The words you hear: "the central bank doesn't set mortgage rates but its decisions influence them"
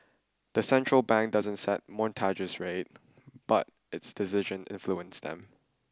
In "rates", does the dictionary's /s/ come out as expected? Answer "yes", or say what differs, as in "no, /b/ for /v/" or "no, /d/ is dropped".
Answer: no, /s/ is dropped